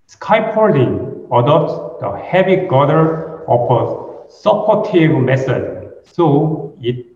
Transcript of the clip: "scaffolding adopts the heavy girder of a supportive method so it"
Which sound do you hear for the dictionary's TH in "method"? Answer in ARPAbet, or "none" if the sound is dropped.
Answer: S